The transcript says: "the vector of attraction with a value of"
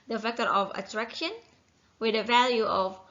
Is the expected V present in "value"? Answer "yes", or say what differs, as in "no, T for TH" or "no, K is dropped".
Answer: yes